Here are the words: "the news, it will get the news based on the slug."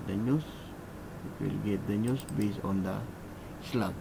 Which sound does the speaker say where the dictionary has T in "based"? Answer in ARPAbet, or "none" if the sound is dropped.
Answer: none